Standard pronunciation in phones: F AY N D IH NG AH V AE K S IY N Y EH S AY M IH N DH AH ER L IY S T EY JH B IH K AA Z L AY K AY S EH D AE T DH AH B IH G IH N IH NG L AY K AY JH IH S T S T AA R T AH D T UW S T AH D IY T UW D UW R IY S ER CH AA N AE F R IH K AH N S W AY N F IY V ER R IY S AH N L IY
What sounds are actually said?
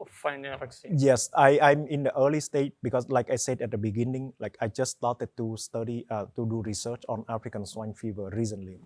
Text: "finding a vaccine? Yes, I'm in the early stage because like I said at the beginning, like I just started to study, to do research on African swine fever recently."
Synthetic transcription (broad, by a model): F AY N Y AH S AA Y AY M IH N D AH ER L IY S T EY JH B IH K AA S L AY K AY S EH D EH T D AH B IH G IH N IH NG L AY K AY JH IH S S T AA T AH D T UW S T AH D IY T UW D UW R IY S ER CH AA N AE F R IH K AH N S W AY N F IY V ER R IY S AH N L IY